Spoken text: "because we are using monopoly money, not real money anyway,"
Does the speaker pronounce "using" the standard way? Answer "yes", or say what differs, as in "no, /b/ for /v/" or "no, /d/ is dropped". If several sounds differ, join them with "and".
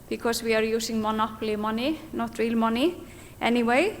no, /s/ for /z/